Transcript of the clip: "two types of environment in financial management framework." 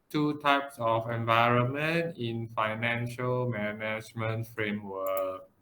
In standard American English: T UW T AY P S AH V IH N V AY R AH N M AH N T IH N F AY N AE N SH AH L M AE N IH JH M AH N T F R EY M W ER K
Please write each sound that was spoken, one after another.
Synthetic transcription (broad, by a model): T UW T AY P S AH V IH N V AY R AH N M AH N T IH N F AY N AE N SH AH L M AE N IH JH M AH N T F R EY M W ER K